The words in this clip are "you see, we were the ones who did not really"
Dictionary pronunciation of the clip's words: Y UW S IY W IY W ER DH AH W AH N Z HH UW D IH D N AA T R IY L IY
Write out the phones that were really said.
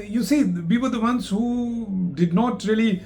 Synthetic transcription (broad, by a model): Y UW S IY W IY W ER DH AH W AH N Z HH UW D IH D N AA T R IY L IY